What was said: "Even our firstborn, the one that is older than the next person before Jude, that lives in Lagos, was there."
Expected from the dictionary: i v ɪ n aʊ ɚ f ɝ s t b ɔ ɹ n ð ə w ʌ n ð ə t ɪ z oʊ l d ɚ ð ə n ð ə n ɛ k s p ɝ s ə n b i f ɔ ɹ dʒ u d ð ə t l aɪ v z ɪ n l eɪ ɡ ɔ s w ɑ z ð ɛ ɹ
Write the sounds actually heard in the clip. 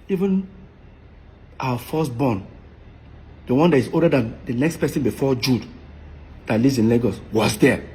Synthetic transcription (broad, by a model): i v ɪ n aʊ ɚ f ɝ s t b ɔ n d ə w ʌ n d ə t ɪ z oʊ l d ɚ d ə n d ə n ɛ k s p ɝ s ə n b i f ɔ dʒ u d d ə t l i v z ɪ n l eɪ ɡ ɔ s w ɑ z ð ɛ